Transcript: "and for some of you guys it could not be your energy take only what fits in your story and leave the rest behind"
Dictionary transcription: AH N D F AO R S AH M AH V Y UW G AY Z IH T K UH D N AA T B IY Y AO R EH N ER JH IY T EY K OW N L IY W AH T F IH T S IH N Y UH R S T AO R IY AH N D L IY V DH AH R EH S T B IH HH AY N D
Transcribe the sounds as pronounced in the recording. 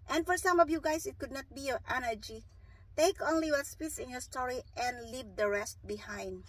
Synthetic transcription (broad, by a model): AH N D F AO R S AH M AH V Y UW G AY S IH T K UH D N AA T B IY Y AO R EH N ER JH IY T EY K OW N L IY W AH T P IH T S IH N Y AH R S T AO R IY AH N D L IY V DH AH R EH S T B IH HH AY N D